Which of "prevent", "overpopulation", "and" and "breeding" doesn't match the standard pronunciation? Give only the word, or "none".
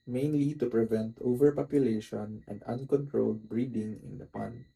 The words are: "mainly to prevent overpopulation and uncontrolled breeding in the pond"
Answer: none